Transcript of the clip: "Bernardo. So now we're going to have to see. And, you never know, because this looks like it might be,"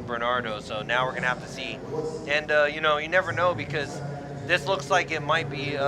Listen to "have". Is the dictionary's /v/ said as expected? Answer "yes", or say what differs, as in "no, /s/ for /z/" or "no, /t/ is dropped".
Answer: no, /f/ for /v/